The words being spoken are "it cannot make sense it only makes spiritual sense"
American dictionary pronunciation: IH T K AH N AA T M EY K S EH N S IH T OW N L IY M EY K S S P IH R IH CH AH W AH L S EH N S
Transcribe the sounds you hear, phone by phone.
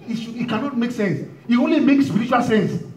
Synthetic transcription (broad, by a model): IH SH K AH N AA T M EY K S EH N S IH T OW N L IY M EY K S S P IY R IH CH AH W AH L S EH N S